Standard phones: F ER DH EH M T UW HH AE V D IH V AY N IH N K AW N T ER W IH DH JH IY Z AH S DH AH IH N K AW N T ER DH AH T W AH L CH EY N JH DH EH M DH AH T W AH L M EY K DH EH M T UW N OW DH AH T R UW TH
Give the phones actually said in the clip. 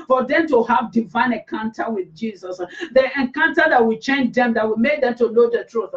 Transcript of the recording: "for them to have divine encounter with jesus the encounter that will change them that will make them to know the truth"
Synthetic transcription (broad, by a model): F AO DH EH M T UW HH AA V D IH V AY N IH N K AW N T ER W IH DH JH IY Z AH S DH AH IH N K AW N T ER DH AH T W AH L CH EY N JH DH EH M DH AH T W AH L M EY K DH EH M T UW L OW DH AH T R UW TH